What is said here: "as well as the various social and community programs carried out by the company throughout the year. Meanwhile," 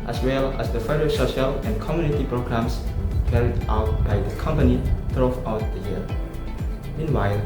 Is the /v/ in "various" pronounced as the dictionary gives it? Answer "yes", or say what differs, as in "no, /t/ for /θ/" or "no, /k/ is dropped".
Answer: no, /f/ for /v/